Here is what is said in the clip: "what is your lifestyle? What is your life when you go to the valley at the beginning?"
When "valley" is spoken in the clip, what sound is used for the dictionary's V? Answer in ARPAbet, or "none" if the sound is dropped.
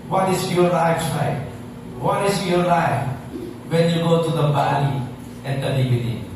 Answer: B